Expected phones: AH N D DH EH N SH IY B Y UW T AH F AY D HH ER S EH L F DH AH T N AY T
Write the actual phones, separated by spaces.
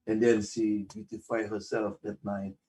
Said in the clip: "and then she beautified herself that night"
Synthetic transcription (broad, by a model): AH N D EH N S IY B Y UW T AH F AY HH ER S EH L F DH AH T N AY T